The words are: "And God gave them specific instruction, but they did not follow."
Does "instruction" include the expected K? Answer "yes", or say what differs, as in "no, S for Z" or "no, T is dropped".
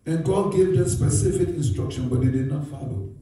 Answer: yes